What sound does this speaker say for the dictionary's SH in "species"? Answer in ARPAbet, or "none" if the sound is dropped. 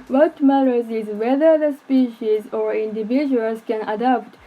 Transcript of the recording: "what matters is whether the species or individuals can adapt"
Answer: SH